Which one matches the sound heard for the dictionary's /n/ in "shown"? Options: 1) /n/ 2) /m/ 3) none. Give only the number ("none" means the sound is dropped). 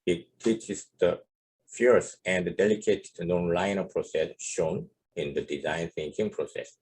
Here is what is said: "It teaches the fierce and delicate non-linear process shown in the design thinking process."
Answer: 1